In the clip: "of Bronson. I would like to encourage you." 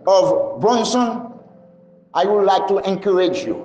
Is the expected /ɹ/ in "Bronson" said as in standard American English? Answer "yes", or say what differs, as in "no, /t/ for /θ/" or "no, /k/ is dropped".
no, /ɹ/ is dropped